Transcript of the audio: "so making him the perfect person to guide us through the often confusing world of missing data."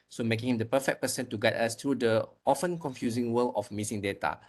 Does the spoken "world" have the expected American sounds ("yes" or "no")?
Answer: no